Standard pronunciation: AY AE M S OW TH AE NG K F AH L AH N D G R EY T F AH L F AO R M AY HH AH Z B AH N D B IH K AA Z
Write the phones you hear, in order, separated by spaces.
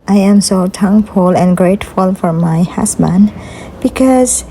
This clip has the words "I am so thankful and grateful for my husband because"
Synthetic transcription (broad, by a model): AY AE M S OW T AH NG F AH L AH N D G R EY T F AH L F AO R M AY HH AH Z B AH N D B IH K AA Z